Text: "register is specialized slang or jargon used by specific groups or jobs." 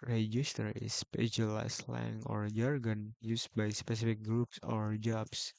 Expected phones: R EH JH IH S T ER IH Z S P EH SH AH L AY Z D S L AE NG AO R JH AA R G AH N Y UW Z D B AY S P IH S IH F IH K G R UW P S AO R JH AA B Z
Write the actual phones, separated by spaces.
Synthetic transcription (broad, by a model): R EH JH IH S T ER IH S P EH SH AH L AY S L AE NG AO R JH AA R G AH N Y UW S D B AY S P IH S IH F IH K G R UW P S AO R JH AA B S